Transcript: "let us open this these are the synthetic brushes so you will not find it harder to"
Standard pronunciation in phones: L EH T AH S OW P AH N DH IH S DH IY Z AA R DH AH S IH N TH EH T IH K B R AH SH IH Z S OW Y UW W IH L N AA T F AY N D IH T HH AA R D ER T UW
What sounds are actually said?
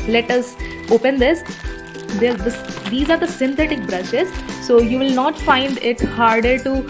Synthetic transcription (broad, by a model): L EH T AH S OW P AH N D IH S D IY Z AA R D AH S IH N T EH T IH K B R AH SH IH Z S OW Y UW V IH L N AA T F AY N D IH T HH AA R D ER T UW